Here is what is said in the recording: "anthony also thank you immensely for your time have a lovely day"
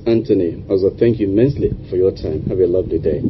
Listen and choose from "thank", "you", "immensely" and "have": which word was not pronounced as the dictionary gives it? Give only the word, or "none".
have